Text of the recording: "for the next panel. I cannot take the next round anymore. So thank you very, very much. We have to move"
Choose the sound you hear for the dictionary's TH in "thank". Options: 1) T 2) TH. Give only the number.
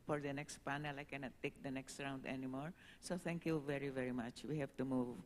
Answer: 1